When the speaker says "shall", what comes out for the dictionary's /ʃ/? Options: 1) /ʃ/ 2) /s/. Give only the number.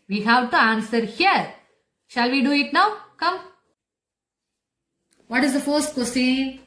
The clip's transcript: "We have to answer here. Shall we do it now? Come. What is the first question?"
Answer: 1